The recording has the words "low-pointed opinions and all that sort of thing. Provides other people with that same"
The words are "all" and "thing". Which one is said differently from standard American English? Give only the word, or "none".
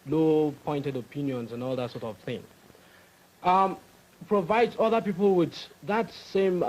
none